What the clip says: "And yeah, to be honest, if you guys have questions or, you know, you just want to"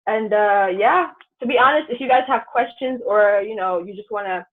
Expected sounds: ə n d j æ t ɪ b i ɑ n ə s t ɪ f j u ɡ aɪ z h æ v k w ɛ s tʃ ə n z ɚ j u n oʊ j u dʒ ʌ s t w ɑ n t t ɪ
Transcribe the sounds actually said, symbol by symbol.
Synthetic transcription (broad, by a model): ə n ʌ j æ t ɪ b i ɑ n ə s t ɪ f j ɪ ɡ aɪ z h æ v k w ɛ s tʃ ə n z ɚ j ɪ n oʊ j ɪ dʒ ʌ s t w ɑ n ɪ